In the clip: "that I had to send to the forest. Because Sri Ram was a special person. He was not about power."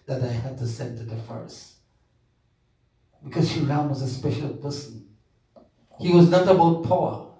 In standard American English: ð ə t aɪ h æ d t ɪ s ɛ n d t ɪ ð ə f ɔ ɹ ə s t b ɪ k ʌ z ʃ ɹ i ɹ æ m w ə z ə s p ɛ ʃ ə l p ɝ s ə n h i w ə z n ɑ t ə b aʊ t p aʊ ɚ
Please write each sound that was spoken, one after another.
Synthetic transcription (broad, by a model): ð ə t aɪ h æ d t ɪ s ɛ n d t ɪ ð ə f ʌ ɹ s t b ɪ k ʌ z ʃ i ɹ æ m w ə z ə s p ɛ ʃ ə l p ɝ s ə n h i w ə z n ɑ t ə b aʊ t p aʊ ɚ